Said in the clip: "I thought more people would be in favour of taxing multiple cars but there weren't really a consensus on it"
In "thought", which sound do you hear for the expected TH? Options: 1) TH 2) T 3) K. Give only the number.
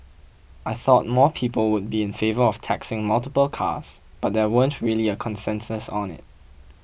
1